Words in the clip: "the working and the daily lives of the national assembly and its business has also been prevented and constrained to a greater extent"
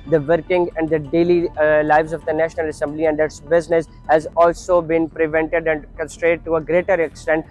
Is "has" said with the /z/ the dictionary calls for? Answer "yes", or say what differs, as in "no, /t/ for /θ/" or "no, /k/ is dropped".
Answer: yes